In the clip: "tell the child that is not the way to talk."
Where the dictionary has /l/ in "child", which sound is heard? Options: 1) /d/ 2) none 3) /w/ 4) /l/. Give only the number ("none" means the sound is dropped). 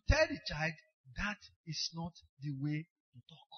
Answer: 4